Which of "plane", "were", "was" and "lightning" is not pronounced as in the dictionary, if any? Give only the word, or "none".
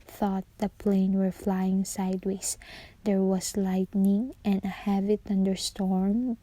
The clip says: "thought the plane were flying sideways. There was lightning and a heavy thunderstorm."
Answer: was